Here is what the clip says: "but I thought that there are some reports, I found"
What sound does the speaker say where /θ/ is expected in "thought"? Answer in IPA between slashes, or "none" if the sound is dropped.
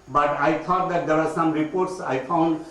/t/